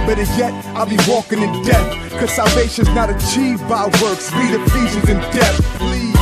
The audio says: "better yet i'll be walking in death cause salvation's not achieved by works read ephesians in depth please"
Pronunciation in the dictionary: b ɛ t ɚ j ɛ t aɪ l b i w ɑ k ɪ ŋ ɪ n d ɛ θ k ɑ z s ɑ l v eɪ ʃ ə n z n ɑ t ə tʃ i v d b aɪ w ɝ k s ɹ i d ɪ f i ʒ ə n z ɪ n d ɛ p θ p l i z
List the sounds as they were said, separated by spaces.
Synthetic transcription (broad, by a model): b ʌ t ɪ j ɛ t aɪ l b i w ɑ k ɪ ŋ ɪ n d ɛ θ k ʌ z s ɑ l v eɪ ʃ ə n z n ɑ t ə tʃ i v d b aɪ w ɝ k s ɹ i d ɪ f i z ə z ɪ n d ɛ θ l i